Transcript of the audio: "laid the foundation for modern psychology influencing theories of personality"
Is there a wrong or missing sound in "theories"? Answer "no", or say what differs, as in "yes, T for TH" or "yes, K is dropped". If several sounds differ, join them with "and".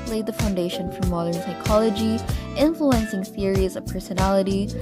no